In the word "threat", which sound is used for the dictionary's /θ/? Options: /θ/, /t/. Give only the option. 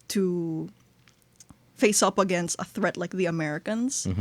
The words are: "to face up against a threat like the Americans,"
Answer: /θ/